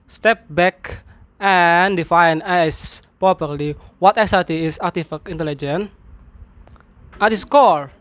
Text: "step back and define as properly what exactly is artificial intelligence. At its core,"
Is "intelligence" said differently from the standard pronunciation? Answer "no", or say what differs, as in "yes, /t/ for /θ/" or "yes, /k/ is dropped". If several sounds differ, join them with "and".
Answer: yes, /s/ is dropped